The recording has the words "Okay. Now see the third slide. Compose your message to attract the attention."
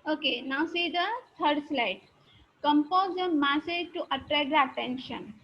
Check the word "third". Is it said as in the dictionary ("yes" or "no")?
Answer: no